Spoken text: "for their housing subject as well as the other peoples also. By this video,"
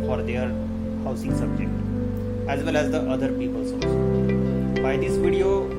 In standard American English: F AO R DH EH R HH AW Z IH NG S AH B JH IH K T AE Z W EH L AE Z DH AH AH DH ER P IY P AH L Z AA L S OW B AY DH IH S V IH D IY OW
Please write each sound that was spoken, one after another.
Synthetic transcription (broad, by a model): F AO R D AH R HH AW S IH NG S AH B JH IH K T AE Z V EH L AE Z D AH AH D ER P IY P AH L S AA S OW B AY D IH S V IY D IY OW